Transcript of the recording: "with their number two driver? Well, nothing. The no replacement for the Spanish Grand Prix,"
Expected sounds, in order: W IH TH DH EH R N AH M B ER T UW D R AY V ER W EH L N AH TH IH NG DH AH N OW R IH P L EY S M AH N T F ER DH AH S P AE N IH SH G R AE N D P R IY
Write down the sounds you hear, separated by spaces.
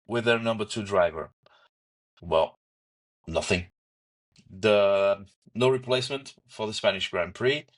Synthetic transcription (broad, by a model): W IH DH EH R N AH M B ER T UW D R AY V ER W EH L N AH TH IH NG DH AH N OW R IH P L EY S M AH N T F ER DH AH S P AE N IH SH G R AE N P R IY